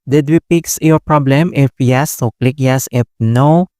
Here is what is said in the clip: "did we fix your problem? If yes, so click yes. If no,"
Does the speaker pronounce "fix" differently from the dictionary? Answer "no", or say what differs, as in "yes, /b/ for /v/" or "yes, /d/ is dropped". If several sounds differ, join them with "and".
yes, /p/ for /f/